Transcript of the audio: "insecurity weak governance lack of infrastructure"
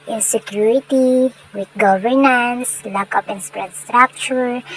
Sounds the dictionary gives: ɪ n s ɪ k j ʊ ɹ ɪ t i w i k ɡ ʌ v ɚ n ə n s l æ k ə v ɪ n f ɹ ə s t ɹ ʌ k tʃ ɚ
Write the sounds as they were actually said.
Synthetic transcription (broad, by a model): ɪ n s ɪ k j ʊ ɹ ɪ t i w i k ɡ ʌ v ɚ n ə n s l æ k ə p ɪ n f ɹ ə s t ɹ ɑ k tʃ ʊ